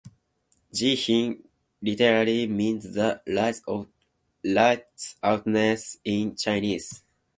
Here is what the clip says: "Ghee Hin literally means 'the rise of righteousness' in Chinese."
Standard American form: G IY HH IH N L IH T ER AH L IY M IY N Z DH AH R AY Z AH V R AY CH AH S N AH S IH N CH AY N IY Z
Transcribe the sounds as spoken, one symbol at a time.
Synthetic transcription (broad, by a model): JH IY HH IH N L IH T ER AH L IY M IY N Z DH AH L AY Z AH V L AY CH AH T N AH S IH N CH AY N IY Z